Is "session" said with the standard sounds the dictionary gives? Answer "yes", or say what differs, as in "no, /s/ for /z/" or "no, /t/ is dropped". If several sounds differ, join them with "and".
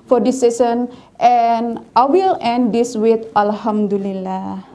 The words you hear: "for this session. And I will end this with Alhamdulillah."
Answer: no, /s/ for /ʃ/